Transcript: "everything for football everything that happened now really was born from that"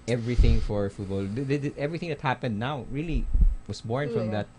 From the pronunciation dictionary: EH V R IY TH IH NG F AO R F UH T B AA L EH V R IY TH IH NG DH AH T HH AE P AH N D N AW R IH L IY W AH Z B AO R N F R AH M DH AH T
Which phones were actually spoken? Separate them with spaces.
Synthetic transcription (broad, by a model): EH V R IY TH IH NG F AO R F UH T B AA L EH V R IY TH IH NG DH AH T HH AE P AH N D N AW R IH L IY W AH S B AO R N F R AH M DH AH T